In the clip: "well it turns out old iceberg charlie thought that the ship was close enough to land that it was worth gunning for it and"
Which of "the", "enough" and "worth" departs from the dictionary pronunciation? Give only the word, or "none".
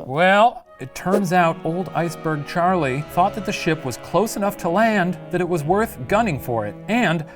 none